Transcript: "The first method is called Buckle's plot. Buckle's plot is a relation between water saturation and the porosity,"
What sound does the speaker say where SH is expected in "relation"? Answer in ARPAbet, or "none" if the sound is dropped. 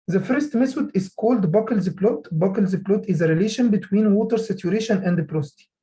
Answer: SH